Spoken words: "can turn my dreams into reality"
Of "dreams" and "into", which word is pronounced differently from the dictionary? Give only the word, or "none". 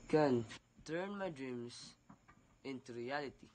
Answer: dreams